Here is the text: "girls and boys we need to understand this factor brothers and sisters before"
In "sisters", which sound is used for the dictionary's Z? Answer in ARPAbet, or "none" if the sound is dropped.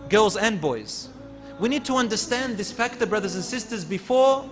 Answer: Z